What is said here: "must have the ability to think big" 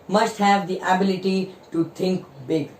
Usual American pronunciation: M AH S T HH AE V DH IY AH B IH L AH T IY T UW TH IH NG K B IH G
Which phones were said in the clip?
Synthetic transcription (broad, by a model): M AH S T HH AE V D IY AH B IH L AH T IY T UW T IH NG K B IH G